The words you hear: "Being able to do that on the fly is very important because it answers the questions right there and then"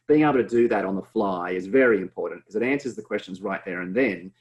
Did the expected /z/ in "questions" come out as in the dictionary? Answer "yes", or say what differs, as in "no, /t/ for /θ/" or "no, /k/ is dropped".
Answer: yes